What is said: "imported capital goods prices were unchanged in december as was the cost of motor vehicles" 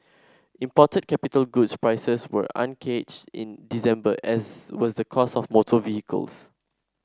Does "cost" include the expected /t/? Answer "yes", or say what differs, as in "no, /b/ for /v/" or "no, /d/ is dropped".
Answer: no, /t/ is dropped